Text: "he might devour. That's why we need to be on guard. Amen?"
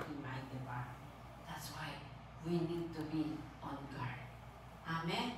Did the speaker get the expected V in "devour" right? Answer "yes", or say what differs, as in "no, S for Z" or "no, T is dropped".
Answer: no, B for V